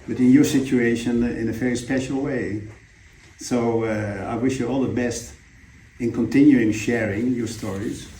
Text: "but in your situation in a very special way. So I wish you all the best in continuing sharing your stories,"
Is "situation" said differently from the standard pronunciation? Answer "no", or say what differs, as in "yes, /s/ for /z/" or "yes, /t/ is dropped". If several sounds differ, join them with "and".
no